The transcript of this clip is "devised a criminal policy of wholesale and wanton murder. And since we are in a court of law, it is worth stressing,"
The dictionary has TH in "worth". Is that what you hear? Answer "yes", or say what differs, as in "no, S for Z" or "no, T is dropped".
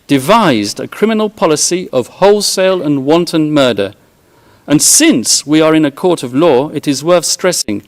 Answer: yes